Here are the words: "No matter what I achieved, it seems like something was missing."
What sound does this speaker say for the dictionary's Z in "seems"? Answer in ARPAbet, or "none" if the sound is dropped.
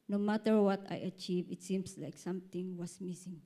S